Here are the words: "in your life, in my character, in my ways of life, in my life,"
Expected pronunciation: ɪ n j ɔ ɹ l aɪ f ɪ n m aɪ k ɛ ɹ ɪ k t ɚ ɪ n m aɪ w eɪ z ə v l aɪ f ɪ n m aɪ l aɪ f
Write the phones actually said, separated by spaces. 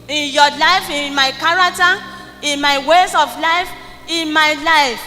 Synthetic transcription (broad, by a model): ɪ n j ɔ l aɪ f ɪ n m aɪ k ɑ ɹ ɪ k t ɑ ɪ n m aɪ w eɪ s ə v l aɪ f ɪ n m aɪ l aɪ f